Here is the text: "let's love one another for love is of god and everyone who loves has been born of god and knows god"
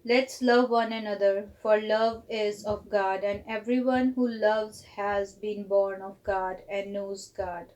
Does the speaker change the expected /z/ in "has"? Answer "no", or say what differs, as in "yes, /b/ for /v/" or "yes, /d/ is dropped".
no